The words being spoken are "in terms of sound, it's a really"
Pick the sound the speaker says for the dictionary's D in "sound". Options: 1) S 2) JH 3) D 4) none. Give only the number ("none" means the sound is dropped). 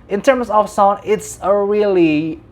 4